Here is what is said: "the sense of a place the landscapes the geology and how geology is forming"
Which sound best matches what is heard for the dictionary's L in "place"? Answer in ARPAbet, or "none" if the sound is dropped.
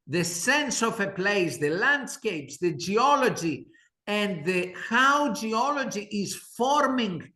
L